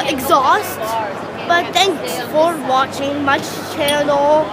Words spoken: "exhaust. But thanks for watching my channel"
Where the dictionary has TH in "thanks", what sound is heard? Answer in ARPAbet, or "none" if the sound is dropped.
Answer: T